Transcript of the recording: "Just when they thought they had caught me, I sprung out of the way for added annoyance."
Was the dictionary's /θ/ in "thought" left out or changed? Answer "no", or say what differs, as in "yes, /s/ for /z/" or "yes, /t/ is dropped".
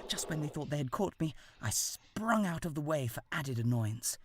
no